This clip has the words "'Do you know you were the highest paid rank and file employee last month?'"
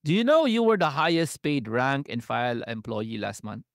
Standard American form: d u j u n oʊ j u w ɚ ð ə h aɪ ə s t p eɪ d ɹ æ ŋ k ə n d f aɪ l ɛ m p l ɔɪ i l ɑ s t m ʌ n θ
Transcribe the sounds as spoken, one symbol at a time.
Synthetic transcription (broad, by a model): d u j u n oʊ j u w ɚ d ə h aɪ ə s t p eɪ d ɹ æ ŋ k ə n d f aɪ l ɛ m p l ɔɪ i l ɑ s t m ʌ n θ